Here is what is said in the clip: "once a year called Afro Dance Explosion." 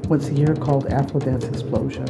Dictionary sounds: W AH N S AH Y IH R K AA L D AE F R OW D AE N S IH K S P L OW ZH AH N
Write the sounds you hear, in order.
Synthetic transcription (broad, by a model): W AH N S AH Y IH R K AA L D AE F L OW D AE N S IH K S P L OW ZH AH N